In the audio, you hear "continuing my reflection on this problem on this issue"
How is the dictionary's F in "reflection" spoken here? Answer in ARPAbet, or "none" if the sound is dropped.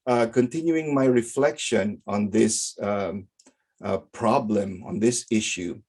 F